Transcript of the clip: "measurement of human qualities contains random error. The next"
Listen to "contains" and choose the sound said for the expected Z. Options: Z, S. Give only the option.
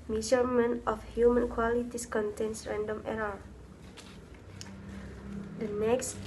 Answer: S